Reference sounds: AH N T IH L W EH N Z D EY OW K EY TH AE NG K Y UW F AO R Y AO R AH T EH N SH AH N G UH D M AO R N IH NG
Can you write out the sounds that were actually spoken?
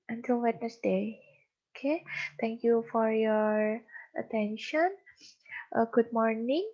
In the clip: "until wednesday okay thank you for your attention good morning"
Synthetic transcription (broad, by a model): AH N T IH L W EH N S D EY OW K EY T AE NG K Y UW F AO R Y AO R AH T EH N SH AH N G UH D M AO R N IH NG